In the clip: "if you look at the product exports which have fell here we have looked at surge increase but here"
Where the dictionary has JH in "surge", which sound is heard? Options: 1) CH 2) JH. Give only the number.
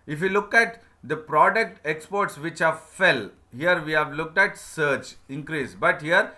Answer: 1